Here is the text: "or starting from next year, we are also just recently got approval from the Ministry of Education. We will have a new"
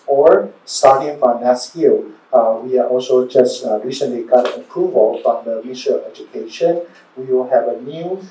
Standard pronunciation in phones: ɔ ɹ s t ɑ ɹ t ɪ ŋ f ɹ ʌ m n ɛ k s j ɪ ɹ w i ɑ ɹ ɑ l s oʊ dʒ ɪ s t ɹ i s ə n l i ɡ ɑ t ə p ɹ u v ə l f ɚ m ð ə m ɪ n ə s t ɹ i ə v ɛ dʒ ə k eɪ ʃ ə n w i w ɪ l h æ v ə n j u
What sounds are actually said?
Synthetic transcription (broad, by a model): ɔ ɹ s t ɑ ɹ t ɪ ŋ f ɹ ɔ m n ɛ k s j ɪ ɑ w i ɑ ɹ ɑ l s oʊ dʒ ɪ s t ɹ i s ə n l i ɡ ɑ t ə p ɹ u v ə l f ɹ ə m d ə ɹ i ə ɛ dʒ ə k eɪ ʃ ə n w i w ɪ l h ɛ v ə n j u